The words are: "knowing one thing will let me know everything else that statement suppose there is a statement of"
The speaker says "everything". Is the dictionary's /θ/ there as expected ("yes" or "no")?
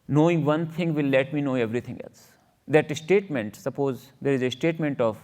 no